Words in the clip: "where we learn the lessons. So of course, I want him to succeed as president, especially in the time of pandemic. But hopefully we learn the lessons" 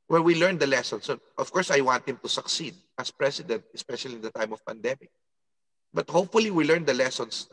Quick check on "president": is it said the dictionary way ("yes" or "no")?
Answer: no